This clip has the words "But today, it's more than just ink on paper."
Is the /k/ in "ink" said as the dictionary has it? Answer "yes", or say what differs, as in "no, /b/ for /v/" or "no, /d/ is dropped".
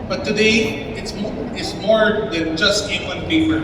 no, /k/ is dropped